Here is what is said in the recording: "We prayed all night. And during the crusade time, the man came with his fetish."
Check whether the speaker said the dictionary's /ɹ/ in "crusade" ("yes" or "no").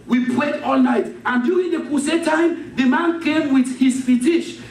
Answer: no